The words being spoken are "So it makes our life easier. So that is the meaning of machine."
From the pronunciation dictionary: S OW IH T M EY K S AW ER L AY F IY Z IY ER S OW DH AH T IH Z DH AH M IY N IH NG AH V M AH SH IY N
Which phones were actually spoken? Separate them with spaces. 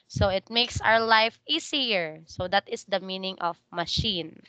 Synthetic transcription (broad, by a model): S OW IH T M EY K S AW ER L AY F IY S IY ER S OW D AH T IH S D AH M IY N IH NG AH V M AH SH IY N